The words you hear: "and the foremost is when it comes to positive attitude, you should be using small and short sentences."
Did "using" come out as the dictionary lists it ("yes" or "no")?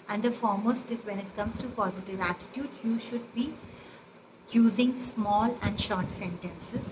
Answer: yes